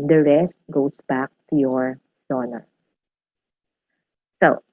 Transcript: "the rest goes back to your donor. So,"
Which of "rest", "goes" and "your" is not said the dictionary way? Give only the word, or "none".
goes